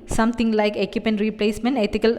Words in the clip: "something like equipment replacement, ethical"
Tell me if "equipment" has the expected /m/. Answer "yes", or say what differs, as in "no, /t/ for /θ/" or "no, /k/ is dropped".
no, /m/ is dropped